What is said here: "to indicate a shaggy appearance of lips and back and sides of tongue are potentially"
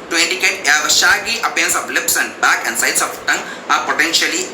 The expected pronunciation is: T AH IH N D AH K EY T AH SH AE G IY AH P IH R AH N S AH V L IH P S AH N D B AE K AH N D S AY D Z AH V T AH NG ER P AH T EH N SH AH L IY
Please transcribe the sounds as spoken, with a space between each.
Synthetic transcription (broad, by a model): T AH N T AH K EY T AH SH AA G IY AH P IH AH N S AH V L IH P S AH N D B AE K AH N D S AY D S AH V T AH NG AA P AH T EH N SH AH L IY